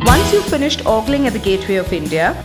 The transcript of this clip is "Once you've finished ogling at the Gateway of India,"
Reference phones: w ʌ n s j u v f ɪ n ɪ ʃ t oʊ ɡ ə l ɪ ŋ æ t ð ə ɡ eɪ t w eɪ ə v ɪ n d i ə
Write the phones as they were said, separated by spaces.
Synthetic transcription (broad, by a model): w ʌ n s j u f ɪ n ɪ ʃ t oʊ ɡ l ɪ ŋ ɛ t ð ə ɡ eɪ t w eɪ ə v ɪ n d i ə